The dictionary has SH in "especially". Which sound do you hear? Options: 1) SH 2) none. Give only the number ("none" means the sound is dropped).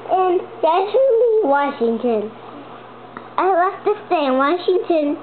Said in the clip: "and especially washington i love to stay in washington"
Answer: 2